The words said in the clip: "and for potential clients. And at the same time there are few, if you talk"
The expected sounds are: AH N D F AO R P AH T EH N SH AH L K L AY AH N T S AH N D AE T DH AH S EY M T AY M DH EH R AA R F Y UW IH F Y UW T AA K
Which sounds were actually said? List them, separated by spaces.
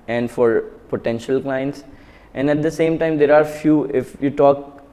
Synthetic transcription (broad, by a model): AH N D F AO R P AH T EH N SH AH L K L AY AH N T S AH N D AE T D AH S EY M T AY M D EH R AA R F Y UW IH F Y UW T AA K